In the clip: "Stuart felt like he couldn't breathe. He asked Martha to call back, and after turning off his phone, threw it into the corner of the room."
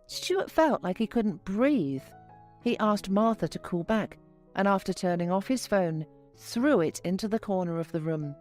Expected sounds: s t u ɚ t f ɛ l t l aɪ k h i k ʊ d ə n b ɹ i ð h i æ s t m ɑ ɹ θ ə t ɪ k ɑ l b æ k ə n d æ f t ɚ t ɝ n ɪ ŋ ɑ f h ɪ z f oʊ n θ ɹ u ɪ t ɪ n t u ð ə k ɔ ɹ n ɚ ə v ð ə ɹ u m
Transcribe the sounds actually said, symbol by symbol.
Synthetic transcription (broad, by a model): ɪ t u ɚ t f ɛ l t l aɪ k h i k ʊ d n b ɹ i ð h i æ s t m ɑ ɹ θ ə t ɪ k ɑ l b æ k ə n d æ f t ɚ t ɝ n ɪ ŋ ɑ f h ɪ z f oʊ n θ ɹ u ɪ t ɪ n t u ð ə k ɔ ɹ n ɚ ə v ð ə ɹ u m